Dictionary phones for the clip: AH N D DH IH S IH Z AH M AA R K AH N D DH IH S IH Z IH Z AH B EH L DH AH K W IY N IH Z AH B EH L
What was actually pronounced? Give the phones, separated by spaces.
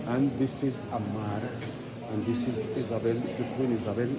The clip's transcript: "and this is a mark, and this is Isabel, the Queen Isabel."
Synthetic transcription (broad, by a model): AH N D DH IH S IH Z AH M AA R AH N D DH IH S IH Z IH Z AH B EH L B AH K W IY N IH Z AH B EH L